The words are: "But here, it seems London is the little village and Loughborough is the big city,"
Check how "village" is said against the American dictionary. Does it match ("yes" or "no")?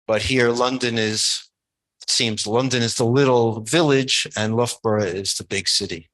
yes